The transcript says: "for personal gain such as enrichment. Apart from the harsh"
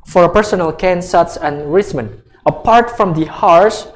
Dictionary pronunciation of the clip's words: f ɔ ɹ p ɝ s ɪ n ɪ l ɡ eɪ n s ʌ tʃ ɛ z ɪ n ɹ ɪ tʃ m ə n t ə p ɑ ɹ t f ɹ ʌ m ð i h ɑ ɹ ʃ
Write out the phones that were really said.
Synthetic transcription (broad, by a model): f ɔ ɹ p ɝ s ɪ n ɪ l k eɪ n s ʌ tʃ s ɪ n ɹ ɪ s m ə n ə p ɑ ɹ t f ɹ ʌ m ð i h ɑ ɹ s